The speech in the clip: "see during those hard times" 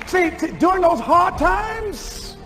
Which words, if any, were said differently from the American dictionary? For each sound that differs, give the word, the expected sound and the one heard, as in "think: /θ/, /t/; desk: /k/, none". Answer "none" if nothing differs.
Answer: during: /ɹ/, none